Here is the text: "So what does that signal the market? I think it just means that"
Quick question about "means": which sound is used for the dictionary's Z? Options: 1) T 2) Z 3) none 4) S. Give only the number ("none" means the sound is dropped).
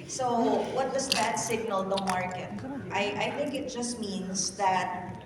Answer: 4